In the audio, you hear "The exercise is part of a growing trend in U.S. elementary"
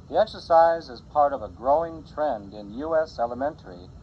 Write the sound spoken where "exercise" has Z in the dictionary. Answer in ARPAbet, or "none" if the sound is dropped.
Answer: Z